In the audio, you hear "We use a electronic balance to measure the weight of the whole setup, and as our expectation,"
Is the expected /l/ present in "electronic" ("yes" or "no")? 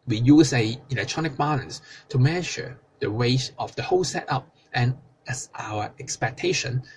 yes